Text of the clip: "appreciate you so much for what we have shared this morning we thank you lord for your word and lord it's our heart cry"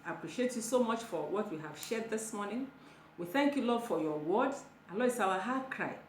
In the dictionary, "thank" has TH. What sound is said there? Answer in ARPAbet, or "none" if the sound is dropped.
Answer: TH